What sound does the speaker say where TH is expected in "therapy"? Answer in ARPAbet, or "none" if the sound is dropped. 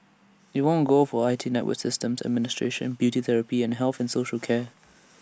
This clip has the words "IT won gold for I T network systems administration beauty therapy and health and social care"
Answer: TH